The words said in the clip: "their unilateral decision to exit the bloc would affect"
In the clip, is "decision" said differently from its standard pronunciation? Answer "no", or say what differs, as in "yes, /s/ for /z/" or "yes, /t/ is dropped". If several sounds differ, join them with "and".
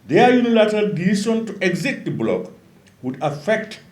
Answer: yes, /s/ is dropped and /ʃ/ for /ʒ/